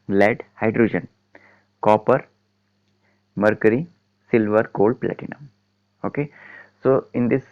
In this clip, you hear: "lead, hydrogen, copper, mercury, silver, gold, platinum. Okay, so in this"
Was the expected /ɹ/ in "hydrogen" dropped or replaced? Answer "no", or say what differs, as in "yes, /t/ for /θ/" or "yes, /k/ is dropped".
no